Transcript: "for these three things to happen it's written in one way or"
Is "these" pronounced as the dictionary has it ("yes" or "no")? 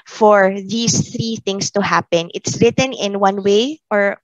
no